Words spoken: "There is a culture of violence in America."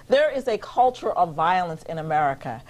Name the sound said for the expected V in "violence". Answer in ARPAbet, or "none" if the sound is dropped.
V